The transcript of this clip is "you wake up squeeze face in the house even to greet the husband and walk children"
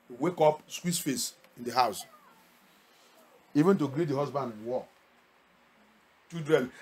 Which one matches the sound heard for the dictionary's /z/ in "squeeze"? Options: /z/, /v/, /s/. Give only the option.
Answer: /s/